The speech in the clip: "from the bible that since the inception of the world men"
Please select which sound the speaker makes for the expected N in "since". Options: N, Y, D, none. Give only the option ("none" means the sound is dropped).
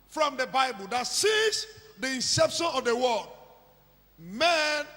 none